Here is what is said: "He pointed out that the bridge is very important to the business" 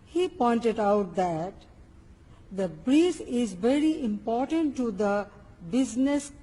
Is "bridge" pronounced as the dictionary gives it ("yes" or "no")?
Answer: no